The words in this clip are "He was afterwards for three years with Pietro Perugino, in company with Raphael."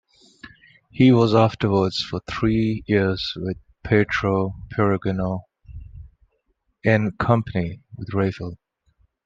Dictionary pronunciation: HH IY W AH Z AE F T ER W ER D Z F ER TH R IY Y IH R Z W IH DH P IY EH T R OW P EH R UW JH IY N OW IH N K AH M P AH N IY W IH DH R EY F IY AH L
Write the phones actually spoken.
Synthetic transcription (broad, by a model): HH IY W AH Z AE F T ER W ER D Z F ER TH R IY Y IH R Z W IH DH P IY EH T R OW P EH R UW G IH N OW IH N K AH M P AH N IY W IH DH R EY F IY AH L